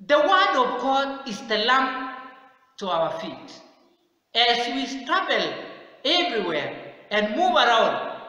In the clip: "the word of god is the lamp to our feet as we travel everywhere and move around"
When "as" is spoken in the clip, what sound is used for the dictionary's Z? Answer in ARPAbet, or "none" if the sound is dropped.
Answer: S